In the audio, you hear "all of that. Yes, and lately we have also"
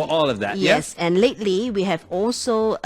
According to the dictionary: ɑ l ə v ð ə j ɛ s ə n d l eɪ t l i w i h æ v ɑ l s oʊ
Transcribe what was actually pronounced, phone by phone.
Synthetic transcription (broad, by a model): ɑ l ə v ð ə j ɛ s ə n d l eɪ t l i w i h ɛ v ɑ l s oʊ